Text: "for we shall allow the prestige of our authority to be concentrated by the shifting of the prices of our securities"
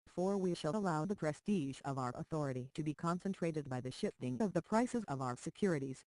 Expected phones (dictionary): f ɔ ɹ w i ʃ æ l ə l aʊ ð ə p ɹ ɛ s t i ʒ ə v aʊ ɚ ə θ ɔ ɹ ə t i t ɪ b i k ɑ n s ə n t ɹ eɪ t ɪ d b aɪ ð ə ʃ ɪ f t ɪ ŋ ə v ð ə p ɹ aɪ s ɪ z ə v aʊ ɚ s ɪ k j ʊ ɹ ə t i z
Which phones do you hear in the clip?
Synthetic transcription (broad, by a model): f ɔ ɹ w i ʃ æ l ə l aʊ ð ə p ɹ ɛ s t i ʒ ə v aʊ ɚ ə θ ɔ ɹ ə t i t ɪ b i k ɑ n s ə n t ɹ eɪ t ɪ d b aɪ ð ə ʃ ɪ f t ɪ ŋ ə v ð ə p ɹ aɪ s ɪ z ə v aʊ ɚ s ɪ k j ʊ ɹ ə t i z